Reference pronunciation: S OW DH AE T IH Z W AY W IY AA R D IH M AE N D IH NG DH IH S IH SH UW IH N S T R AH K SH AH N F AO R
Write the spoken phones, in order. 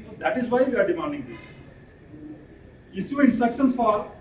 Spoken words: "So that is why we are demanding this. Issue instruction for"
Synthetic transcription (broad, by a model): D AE T IH Z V AY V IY AA R D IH M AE N D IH NG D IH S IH S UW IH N T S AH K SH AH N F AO R